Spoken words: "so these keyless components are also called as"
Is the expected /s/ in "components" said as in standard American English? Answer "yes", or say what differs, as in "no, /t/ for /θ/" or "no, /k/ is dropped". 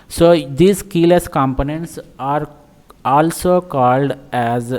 yes